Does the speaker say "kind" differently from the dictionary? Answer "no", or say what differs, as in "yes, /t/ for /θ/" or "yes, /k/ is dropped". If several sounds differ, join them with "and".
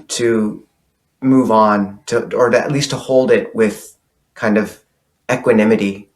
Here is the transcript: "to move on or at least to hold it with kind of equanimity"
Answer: no